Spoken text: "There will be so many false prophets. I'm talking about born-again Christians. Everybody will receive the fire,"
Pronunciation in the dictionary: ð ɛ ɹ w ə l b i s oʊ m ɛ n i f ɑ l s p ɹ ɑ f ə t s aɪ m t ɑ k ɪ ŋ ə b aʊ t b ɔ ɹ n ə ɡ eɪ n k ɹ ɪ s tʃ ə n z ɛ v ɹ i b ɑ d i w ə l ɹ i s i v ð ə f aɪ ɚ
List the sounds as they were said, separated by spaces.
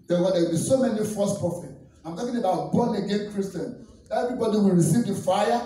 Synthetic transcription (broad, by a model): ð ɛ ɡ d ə w b i s oʊ m ɛ n i f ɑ s p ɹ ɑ f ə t aɪ m t ɑ k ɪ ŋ ə b aʊ t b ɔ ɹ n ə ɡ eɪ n k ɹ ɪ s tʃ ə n ɛ v ɹ i b ɑ d i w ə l ɹ i s i v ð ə f aɪ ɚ